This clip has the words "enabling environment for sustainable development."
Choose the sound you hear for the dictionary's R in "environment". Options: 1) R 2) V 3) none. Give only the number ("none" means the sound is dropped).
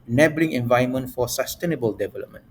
3